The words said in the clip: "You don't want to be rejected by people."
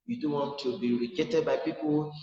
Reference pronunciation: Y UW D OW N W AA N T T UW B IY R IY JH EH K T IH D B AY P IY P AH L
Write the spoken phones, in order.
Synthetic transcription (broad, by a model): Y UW D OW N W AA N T T UW B IY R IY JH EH T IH D B AY P IY P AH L